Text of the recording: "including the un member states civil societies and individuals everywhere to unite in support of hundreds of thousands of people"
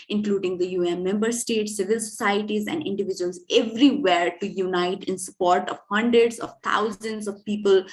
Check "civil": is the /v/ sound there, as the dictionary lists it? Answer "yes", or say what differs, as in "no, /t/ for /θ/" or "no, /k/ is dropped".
yes